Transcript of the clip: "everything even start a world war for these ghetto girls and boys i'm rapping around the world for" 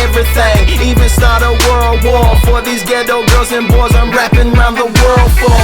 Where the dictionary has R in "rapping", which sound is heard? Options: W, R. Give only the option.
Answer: R